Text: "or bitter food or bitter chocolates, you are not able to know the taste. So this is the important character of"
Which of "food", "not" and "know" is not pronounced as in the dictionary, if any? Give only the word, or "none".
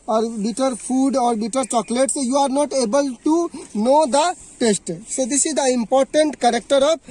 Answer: food